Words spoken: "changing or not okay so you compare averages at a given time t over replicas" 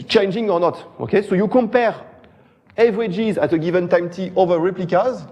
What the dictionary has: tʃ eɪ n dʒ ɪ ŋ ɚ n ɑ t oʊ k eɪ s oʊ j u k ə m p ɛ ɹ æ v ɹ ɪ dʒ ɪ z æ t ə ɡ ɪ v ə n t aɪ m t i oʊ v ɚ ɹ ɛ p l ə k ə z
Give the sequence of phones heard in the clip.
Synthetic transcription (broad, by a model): tʃ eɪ n dʒ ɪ ŋ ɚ n ɑ t oʊ k eɪ s oʊ j u k ə m p ɛ ɹ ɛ v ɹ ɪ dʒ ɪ z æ t ə ɡ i v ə n t aɪ m t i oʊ v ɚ ɹ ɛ p l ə k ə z